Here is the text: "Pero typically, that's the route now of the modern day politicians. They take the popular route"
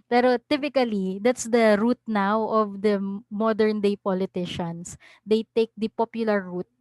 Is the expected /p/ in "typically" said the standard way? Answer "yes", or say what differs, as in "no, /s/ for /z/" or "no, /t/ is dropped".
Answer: yes